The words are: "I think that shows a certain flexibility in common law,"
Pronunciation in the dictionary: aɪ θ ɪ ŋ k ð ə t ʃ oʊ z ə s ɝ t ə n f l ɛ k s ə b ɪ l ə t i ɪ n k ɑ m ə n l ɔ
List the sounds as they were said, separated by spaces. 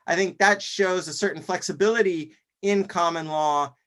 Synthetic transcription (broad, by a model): aɪ θ ɪ ŋ k ð ə t ʃ oʊ z ə s ɝ t n f l ɛ k s ə b ɪ l ə t i ɪ n k ɑ m ə n l ɔ